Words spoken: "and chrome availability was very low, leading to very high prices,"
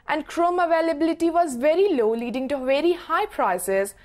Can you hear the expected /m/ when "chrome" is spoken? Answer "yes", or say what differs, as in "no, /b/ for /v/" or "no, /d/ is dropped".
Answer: yes